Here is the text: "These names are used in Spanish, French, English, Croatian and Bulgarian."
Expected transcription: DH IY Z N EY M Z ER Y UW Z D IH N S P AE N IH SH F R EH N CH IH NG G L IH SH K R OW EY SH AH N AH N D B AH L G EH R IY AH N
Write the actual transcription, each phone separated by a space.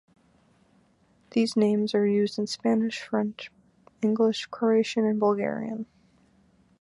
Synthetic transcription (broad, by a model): DH IY Z N EY M Z ER Y UW Z D IH N S P AE N IH SH F R EH N CH IH NG G L IH SH K R OW EY SH AH N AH N B AH L G EH R IY AH N